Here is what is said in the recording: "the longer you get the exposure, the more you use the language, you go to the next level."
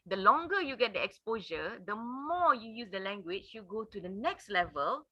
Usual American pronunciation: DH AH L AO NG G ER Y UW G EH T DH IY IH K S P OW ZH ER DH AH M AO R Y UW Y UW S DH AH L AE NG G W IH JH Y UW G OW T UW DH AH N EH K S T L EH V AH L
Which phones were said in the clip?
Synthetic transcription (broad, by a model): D AH L AO NG G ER Y UW G EH T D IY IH K S P OW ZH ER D AH M AO Y UW Y UW S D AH L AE NG G W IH CH Y UW G OW T UW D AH N EH K S T L EH V AH L